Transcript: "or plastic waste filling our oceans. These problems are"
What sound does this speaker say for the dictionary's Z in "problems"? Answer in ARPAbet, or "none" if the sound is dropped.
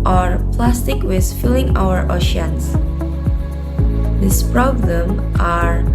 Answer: none